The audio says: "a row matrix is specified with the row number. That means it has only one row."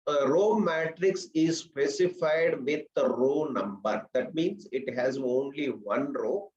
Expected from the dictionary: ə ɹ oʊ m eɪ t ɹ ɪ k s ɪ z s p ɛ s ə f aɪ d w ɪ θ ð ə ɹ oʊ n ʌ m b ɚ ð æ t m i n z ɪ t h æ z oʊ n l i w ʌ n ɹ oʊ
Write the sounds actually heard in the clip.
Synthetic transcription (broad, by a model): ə ɹ oʊ m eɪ t ɹ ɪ k s ɪ z s p ɛ s ə f aɪ d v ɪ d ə ɹ oʊ n ʌ m b ɚ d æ t m i n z ɪ t h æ z oʊ n l i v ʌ n ɹ oʊ